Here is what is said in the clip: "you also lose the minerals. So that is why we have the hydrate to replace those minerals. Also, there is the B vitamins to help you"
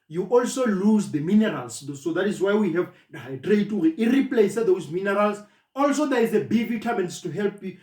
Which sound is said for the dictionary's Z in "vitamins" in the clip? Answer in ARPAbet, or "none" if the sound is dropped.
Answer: S